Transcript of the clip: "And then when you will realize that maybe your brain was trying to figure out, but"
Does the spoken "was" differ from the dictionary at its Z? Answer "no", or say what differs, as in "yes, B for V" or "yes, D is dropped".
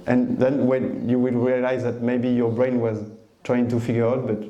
no